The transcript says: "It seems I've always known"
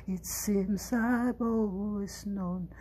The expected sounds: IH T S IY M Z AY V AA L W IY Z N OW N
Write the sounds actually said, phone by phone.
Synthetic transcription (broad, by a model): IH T S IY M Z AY B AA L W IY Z N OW N